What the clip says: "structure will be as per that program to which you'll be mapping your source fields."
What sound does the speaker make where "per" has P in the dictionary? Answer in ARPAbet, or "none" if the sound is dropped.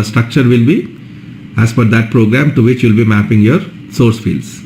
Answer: F